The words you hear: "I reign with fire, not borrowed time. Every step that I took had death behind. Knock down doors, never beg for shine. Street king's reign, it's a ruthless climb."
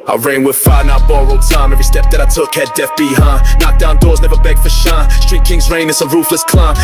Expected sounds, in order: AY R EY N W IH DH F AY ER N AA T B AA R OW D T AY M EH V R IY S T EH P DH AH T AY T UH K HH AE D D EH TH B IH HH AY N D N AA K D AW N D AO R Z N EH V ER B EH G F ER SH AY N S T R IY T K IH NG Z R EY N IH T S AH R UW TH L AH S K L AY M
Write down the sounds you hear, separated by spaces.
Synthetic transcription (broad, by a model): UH R EY N W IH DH F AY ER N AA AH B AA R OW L T AY M EH V R IY S T EH P DH AH T AY T UH K HH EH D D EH F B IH HH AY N N AA K D AW N D AO R Z N EH V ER B EH G F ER SH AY S T R IY T K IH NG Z R EY N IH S AH R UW F L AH S K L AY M